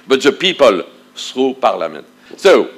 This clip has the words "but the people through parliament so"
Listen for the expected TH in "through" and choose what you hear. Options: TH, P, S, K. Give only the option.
S